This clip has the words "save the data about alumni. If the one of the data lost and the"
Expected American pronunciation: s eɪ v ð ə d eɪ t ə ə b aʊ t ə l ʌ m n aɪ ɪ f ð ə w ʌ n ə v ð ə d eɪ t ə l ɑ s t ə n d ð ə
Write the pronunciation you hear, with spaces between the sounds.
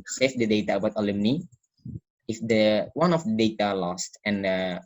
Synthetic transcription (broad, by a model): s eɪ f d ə d eɪ t ə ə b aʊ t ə l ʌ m n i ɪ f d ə w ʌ n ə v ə d eɪ t ə l ɑ s t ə n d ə